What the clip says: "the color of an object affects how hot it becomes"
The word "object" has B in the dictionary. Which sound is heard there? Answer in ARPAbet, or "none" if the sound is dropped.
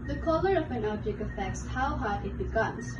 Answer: none